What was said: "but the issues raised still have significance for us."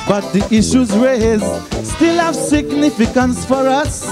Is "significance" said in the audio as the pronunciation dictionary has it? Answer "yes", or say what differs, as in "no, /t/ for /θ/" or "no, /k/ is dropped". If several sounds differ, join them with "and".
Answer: yes